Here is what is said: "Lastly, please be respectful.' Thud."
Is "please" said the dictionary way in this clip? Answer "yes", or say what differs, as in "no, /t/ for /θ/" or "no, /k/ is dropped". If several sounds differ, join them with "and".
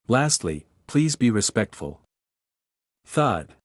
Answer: yes